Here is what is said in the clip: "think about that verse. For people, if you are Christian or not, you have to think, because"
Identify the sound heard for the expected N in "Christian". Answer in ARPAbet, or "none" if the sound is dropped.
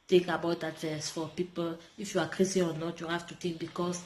none